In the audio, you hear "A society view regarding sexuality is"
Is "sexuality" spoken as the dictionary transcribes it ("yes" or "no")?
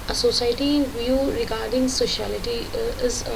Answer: no